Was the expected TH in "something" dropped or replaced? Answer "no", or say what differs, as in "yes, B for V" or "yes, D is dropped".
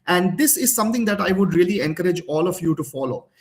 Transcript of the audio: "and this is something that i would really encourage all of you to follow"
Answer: yes, T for TH